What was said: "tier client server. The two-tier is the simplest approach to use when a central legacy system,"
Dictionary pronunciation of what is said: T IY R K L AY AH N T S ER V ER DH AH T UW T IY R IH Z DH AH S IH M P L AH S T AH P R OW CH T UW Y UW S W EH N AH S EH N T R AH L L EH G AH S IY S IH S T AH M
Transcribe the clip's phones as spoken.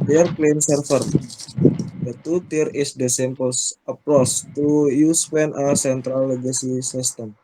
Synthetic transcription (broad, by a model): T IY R K L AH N S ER F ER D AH T UW T IY R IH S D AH S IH M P AH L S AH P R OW S T UW Y UW S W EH N AH S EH N T R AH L L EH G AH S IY S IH S T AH M